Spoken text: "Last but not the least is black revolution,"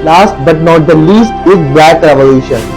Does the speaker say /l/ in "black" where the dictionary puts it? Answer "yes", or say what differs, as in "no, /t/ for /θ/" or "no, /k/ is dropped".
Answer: no, /l/ is dropped